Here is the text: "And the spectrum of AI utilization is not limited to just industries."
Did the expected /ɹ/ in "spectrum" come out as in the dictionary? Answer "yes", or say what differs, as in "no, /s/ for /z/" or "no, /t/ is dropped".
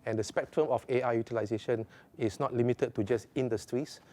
yes